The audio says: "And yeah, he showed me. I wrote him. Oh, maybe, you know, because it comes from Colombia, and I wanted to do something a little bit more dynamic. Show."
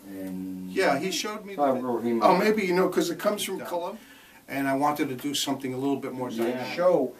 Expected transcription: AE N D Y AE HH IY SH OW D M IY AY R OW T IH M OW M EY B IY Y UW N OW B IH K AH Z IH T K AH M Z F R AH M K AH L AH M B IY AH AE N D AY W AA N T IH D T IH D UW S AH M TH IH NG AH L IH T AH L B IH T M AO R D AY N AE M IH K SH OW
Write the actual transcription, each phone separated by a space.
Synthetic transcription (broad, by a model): Y AE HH IY SH OW D M IY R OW IH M M EY B IY Y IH N OW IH K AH Z IH T K AH M Z F R AH M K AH L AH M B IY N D AY W AA N T IH D T IH D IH S AH M TH IH NG AH L IH T L B IH T M AO R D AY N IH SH OW